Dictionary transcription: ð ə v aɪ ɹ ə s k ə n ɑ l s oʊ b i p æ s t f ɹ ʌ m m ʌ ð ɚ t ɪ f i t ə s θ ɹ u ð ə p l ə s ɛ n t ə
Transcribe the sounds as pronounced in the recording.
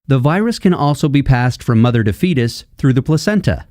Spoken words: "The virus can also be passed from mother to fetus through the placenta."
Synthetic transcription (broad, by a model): ð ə v aɪ ɹ ə s k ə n ɑ l s oʊ b i p æ s t f ɹ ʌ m m ʌ ð ɚ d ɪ f i t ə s θ ɹ u ð ə p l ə s ɛ n t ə